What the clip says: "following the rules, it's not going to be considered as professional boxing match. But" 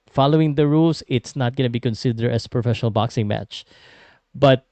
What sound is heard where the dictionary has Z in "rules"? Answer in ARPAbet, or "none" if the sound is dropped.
S